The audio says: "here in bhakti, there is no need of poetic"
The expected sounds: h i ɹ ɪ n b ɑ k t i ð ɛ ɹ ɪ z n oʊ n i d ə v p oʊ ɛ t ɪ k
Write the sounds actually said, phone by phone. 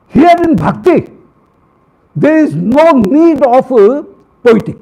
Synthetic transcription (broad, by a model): h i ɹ ɪ n b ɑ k t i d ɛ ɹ ɪ z n oʊ n i d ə p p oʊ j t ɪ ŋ